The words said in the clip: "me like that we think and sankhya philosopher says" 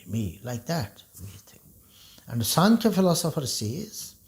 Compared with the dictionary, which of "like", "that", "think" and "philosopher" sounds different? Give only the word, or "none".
think